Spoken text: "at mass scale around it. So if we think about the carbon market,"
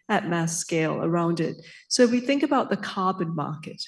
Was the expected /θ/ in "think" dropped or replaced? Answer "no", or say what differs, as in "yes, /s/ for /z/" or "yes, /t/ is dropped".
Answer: no